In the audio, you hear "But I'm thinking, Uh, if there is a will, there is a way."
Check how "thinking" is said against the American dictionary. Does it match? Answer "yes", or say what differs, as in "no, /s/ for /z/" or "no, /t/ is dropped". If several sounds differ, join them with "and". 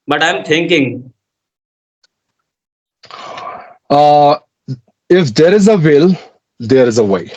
no, /t/ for /θ/